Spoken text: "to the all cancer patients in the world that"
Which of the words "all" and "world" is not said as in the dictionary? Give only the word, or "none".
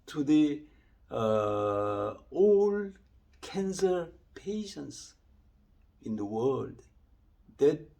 none